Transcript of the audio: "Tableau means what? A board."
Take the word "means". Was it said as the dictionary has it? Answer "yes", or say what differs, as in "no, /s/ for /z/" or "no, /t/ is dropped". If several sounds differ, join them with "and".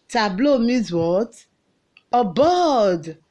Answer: no, /n/ is dropped